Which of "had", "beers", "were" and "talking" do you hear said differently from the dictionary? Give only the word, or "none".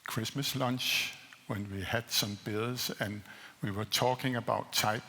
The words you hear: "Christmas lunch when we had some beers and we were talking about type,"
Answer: beers